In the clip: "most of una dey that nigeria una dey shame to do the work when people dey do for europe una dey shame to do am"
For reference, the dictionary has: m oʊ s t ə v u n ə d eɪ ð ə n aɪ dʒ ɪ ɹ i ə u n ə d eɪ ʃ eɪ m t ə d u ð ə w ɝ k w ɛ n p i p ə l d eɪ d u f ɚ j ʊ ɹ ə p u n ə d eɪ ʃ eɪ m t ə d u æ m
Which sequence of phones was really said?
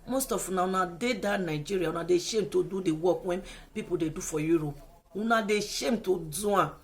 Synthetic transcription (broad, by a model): m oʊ s t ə w u n ə d eɪ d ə n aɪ dʒ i ɹ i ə u n ə d eɪ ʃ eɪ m t ə d u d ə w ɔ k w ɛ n p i p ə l d eɪ d u f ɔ j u ɹ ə p u n ə d eɪ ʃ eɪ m t ə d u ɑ